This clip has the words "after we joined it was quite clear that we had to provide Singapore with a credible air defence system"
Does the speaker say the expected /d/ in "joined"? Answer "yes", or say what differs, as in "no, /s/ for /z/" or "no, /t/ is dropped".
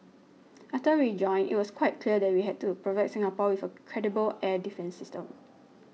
no, /d/ is dropped